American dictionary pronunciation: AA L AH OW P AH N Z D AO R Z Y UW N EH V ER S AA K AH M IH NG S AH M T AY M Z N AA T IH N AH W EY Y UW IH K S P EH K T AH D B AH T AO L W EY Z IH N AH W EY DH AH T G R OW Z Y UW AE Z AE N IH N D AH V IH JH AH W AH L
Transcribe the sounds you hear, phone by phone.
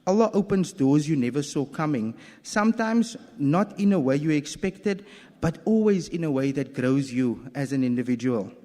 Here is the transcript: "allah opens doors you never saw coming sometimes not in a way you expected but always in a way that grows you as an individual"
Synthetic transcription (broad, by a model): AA L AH OW P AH N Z D AO Z Y UW N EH V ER S AA K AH M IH NG S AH M T AY M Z N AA T IH N AH W EY Y UW IH K S P EH K T AH D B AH T AO L W EY Z IH N AH W EY DH AH T G R OW Z Y UW AE Z AE N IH N D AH V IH JH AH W AH L